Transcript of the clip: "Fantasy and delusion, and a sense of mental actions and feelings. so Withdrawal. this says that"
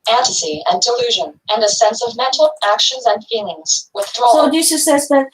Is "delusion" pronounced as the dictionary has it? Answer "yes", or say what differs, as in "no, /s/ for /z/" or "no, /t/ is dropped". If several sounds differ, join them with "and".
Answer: yes